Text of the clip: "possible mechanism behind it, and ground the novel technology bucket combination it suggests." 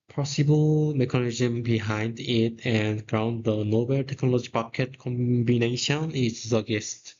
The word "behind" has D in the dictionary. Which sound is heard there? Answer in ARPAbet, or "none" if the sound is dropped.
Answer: D